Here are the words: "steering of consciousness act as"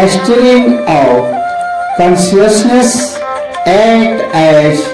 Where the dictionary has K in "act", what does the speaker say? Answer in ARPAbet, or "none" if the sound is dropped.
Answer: none